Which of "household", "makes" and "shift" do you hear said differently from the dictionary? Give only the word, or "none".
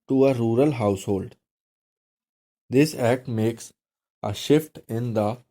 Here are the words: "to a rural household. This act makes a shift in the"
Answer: none